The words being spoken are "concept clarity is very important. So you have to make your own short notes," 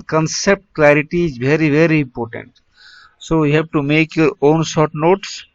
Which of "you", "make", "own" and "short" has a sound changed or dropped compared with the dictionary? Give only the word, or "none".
short